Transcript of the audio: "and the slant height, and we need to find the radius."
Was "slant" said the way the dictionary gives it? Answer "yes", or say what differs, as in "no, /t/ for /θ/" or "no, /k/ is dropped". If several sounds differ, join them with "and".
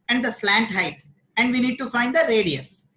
yes